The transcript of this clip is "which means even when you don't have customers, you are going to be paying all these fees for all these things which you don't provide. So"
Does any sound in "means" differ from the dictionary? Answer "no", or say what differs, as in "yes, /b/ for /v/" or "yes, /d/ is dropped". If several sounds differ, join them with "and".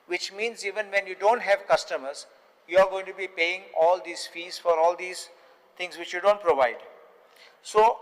no